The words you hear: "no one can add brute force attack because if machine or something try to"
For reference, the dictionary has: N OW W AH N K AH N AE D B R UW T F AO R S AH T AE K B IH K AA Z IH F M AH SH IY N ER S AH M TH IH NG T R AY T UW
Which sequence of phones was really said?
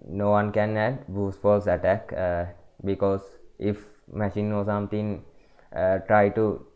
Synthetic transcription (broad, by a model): N OW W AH N K AH N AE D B UW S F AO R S AH T AE K B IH K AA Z IH F M AH SH IY N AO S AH M T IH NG T R AY T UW